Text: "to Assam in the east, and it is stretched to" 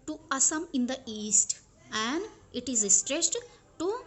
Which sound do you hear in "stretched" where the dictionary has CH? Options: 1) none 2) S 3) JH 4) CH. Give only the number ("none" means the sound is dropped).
2